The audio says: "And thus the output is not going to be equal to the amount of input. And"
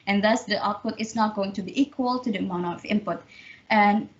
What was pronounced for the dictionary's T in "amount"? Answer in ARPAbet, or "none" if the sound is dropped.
none